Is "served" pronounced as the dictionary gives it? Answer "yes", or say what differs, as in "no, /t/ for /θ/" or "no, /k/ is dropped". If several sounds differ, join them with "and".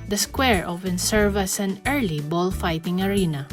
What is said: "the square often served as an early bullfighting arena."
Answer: no, /d/ is dropped